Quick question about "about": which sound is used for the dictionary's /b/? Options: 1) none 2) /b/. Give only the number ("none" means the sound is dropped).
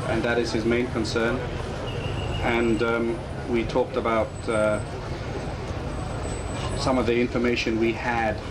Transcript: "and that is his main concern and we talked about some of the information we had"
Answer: 2